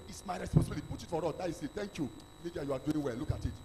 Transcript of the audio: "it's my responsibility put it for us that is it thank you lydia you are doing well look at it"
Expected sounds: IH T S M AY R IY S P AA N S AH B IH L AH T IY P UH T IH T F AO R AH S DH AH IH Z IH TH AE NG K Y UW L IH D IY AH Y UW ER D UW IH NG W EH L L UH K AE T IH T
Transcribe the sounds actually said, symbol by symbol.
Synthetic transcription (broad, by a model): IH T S M AY R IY S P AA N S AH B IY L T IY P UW T IH T F AO R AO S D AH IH S IH T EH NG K Y UW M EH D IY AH Y UW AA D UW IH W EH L L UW K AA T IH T